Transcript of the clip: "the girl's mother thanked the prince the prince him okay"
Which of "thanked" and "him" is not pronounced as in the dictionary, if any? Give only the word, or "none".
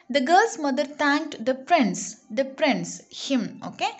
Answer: thanked